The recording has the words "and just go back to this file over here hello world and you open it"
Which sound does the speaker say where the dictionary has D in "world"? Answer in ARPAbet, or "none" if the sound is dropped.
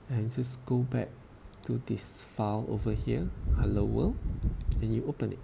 none